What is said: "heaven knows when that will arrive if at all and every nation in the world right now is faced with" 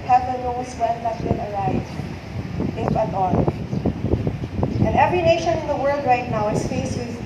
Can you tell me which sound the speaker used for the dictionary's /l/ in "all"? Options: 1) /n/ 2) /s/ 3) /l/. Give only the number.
1